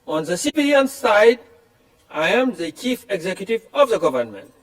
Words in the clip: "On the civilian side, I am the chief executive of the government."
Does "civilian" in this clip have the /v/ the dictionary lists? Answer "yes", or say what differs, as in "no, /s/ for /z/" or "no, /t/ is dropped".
no, /b/ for /v/